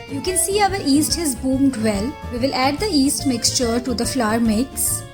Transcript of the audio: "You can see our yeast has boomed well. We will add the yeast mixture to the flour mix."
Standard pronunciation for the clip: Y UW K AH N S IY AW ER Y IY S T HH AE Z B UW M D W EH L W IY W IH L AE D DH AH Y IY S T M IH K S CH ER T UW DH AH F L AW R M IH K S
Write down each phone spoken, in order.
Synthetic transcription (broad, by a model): Y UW K AH N S IY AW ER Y IY S T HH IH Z B UW M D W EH L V IY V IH L AE D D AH IY S T M IH K S CH ER T UW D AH F L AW R M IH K S